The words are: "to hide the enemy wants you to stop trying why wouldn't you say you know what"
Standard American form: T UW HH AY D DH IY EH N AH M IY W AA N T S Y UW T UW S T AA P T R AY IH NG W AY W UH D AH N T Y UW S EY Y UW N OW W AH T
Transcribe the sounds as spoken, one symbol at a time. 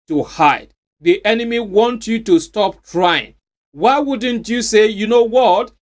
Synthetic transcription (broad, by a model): T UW HH AY D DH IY EH N AH M IY W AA N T Y UW T UW S T AA P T R AY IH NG W AY W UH D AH N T Y UW S EY Y UW N OW W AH T